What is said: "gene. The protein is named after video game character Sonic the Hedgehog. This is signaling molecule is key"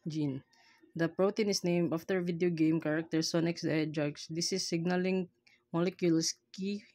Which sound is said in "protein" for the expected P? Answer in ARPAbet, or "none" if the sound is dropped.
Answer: P